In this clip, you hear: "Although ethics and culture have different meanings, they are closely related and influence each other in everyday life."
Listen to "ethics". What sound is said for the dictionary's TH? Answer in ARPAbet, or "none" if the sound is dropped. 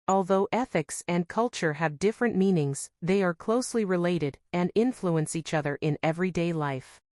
TH